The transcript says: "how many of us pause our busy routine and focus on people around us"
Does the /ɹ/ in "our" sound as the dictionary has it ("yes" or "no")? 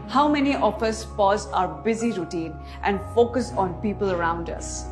yes